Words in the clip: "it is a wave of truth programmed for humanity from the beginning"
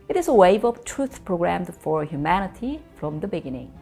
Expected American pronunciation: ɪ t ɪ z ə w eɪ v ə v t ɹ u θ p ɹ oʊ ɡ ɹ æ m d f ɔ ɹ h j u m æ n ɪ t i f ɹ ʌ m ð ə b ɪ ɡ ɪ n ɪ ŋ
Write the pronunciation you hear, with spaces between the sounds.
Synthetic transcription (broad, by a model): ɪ t ɪ z ə w eɪ v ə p t ɹ u θ p ɹ oʊ ɡ ɹ æ m d f ɔ ɹ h j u m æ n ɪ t i f ɹ ʌ m ð ə b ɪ ɡ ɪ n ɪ ŋ